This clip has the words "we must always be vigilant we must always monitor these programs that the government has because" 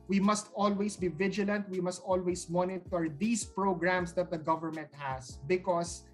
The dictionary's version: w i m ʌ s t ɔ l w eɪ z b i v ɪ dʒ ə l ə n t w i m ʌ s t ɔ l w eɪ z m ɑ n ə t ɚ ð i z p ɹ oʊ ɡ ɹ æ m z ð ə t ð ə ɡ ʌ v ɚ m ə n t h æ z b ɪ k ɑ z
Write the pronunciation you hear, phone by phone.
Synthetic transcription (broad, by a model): w i m ʌ s t ɔ l w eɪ s b i v ɪ dʒ ə l ə n t w i m ʌ s t ɔ l w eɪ s m ɑ n ə t ɚ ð i s p ɹ oʊ ɡ ɹ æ m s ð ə t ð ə ɡ ʌ v ɚ m ə n t h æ s b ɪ k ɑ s